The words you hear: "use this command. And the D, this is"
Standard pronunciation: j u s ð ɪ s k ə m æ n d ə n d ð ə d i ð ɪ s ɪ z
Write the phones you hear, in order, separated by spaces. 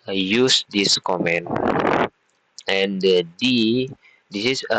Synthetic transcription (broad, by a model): j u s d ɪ s k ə m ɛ n ə n d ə d i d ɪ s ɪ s